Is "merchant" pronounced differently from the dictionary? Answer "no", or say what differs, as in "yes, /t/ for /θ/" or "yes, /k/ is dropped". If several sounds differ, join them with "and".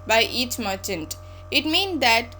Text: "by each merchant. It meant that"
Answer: no